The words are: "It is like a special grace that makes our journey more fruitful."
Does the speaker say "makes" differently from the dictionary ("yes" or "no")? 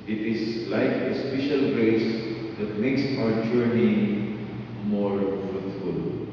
no